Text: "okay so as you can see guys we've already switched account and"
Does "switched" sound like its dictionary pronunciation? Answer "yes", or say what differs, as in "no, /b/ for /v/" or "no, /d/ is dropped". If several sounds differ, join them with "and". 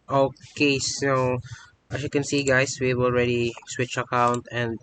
no, /t/ is dropped